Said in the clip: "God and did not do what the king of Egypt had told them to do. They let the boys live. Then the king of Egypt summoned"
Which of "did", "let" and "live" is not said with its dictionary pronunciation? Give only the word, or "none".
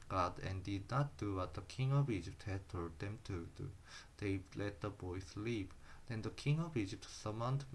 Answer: live